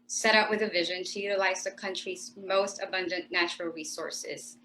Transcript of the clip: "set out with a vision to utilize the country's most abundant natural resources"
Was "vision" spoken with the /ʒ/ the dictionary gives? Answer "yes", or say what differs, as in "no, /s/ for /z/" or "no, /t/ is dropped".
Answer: yes